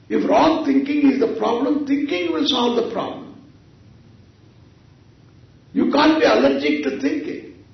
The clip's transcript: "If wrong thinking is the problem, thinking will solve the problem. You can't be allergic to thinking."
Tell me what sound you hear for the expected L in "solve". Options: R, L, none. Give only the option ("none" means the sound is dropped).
L